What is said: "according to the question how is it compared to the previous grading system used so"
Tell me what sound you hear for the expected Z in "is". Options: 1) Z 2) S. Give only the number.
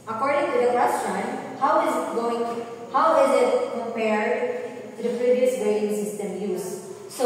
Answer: 1